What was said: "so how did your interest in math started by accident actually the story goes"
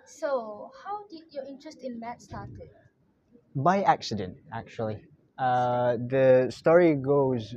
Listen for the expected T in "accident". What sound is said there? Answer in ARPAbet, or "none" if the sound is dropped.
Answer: T